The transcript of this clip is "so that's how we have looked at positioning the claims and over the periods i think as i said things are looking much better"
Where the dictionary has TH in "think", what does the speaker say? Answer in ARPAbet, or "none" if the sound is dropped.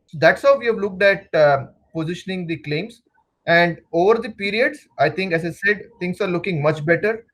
T